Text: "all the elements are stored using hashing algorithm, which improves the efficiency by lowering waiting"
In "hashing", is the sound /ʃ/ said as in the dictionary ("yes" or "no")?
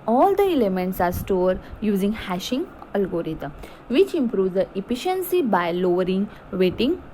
yes